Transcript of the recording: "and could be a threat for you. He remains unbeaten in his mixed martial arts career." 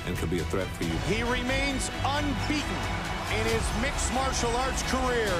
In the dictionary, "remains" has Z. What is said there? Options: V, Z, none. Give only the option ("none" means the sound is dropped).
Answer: Z